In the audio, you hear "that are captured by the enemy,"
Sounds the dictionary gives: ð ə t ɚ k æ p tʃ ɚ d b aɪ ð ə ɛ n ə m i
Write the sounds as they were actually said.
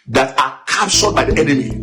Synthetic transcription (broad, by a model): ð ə t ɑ k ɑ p s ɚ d b aɪ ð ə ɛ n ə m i